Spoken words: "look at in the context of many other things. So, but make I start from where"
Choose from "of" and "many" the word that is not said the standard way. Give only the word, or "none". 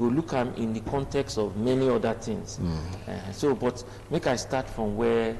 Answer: none